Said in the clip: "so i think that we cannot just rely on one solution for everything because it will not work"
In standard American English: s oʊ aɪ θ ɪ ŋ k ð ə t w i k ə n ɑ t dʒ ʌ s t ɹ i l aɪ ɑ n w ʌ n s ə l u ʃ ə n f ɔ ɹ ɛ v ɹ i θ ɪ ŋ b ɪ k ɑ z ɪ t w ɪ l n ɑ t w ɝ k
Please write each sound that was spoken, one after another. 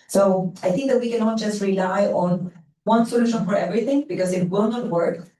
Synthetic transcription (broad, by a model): s oʊ aɪ θ ɪ ŋ k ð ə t w i k ə n ɑ t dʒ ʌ s t ɹ i l aɪ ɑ n w ʌ n s ə l u ʃ ə n f ɔ ɹ ɛ v ɹ i θ ɪ ŋ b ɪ k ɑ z ɪ t w ɪ l n ɑ t w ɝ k